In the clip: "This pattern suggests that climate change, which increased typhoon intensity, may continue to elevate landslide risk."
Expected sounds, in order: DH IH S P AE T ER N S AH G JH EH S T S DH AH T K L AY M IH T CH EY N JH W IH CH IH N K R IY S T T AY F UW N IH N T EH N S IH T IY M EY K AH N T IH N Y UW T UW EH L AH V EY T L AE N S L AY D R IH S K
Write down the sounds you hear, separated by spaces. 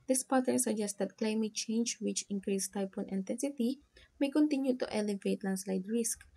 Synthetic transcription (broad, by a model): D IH S P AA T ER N S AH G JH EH S T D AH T K L AY M IH T CH EY N JH W IH CH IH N K R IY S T T AY P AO N IH N T EH N S IH T IY M EY K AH N T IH N Y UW T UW EH L AH V EY T L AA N S L AY D R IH S K